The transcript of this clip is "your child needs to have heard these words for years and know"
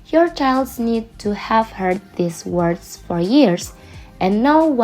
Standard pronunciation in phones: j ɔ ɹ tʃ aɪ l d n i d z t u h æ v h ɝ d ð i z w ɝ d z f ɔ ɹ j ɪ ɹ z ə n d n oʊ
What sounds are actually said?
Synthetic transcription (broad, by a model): j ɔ ɹ tʃ aɪ l d n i d t u h æ v h ɝ d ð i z w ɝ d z f ɔ ɹ j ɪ ɹ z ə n n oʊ